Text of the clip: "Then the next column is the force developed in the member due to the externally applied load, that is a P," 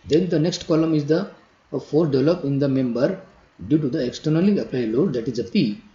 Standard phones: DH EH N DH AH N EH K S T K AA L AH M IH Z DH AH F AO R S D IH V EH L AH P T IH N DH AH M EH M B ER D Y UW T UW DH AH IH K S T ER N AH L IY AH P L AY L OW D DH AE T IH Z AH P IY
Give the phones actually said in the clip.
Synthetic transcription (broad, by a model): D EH N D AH N EH K S T K AA L AH M IH Z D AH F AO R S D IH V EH L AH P IH N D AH M EH M B ER D Y UW T UW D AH IH K S T ER N AH L IY AH P L AY L OW D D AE T IH Z AH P IY